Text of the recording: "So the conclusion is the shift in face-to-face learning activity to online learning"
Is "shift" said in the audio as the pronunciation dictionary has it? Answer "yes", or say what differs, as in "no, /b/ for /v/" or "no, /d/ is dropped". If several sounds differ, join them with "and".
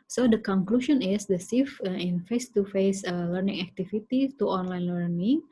no, /s/ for /ʃ/ and /t/ is dropped